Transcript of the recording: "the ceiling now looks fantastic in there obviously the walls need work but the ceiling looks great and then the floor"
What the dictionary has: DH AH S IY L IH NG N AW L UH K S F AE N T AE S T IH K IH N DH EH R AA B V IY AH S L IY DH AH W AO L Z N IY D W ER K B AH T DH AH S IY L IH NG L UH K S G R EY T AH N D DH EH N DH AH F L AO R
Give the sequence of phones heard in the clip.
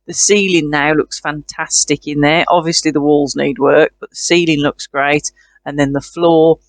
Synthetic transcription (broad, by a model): DH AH S IY L IH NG N AW L UH K S F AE N T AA S T IH K IH N DH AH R AA B V IY AH S L IY DH AH W AO L Z N IY D W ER K B AH T DH AH S IY L IH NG L UH K S G R EY T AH N DH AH N DH AH F L AO